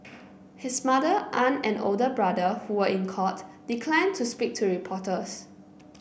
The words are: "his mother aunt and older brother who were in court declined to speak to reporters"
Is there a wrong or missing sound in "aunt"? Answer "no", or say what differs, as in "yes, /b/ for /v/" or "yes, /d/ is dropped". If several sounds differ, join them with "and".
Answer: yes, /t/ is dropped